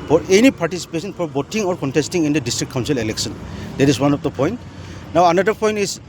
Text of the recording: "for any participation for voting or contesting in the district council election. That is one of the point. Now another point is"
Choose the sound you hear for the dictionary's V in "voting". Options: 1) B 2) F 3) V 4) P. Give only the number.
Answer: 1